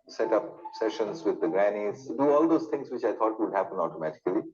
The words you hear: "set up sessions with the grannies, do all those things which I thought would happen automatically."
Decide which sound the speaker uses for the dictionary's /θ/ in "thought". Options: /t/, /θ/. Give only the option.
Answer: /t/